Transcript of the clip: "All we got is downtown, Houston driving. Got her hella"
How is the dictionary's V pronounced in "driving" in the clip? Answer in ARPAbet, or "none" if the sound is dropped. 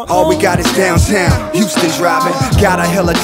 B